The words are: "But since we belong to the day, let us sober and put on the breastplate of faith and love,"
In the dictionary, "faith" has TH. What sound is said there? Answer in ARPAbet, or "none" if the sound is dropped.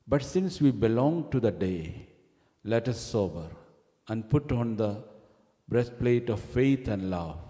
T